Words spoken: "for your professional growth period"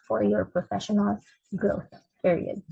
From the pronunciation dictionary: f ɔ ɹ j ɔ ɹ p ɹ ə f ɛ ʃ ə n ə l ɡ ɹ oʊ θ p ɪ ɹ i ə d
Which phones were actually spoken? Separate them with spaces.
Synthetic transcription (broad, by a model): f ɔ ɹ j ɔ ɹ p ɹ ə f ɛ ʃ ə n ə l ɡ ɹ oʊ θ p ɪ ɹ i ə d